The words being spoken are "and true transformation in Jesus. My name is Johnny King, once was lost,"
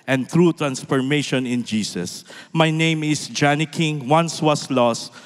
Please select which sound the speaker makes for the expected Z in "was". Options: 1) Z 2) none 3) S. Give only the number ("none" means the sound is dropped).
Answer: 3